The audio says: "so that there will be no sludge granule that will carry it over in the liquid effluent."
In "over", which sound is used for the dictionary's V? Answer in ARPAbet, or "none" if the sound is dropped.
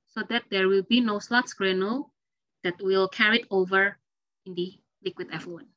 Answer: V